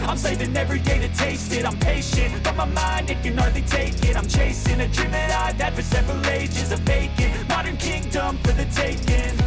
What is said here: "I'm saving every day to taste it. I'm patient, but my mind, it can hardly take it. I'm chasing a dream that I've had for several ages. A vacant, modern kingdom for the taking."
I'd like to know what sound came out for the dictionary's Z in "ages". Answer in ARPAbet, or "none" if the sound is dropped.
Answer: Z